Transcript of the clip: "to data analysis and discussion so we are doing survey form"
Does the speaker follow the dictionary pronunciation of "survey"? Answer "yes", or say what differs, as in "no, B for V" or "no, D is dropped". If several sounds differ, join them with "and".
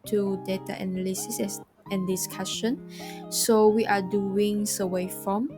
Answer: no, W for V